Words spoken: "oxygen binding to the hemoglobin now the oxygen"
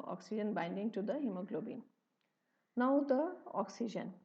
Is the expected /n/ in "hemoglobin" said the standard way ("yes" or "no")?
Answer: yes